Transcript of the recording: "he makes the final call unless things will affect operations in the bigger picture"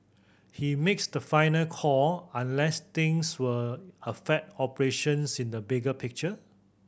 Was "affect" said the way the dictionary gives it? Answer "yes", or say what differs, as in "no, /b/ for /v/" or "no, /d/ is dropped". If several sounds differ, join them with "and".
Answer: no, /k/ is dropped